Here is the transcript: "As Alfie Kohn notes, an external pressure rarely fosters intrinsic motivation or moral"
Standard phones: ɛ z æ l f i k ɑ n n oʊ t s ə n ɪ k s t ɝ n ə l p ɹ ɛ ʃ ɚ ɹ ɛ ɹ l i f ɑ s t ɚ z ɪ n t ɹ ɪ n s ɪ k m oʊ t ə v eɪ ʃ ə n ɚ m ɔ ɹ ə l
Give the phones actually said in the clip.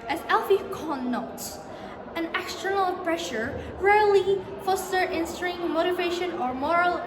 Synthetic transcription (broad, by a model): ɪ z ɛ l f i k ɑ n n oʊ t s ə n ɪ k s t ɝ n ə l p ɹ ɛ ʃ ɚ ɹ ɛ ɹ l i f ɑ s t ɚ ɪ n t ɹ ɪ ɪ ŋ m oʊ t ə v eɪ ʃ ə n ɚ m ɔ ɹ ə l